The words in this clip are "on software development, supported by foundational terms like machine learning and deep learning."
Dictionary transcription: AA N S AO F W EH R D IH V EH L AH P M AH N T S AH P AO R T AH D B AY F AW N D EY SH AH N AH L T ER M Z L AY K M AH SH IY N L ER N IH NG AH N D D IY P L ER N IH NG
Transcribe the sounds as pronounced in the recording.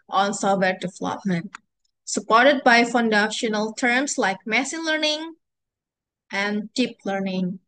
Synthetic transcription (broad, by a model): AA N S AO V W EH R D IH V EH L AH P M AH N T S AH P AO R T AH D B AY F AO N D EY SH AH N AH L T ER M S L AY K M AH S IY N L ER N IH NG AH N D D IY P L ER N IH NG